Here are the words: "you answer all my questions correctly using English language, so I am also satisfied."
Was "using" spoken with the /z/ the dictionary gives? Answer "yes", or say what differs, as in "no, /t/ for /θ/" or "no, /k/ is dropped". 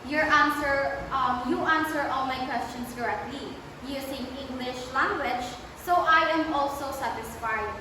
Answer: no, /s/ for /z/